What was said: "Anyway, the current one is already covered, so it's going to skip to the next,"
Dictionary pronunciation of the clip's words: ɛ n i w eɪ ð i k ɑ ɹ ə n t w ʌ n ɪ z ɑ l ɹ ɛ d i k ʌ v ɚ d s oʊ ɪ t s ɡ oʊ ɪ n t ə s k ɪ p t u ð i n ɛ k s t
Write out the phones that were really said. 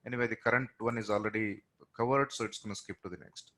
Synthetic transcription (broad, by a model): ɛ n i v eɪ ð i k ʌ ɹ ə n t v ʌ n ɪ z ɑ l ɹ ɛ d i k ʌ v ɚ d s oʊ ɪ t s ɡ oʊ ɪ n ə s k ɪ p t u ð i n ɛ k s t